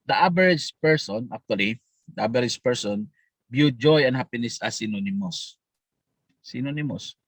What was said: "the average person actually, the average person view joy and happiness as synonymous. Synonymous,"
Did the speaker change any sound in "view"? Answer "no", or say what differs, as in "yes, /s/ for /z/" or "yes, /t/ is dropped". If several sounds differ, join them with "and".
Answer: yes, /b/ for /v/